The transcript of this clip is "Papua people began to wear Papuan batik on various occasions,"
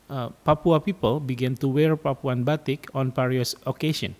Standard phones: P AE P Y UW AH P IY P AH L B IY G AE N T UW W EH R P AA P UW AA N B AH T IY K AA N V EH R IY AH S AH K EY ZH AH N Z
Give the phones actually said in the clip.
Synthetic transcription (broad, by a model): P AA P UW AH P IY P AH L B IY G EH N T UW W EH R P AA P UW AA N B AH T IY K AA N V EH R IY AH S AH K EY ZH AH N